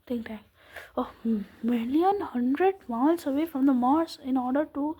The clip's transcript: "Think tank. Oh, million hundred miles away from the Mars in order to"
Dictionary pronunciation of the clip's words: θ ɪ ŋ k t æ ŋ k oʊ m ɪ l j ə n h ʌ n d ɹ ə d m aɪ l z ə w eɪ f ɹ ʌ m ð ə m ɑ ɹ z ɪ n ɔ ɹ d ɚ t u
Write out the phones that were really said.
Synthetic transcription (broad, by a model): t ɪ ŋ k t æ k oʊ m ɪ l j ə n h ʌ n d ɹ ə d m aɪ l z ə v eɪ f ɹ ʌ m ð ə m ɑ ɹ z ɪ n ɔ ɹ d ɚ t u